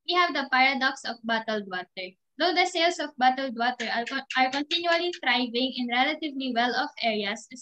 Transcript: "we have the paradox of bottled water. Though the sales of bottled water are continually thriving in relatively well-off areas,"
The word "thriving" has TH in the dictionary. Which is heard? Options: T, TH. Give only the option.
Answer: T